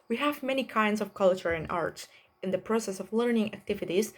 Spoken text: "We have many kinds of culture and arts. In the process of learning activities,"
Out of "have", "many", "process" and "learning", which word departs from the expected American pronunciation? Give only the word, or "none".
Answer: none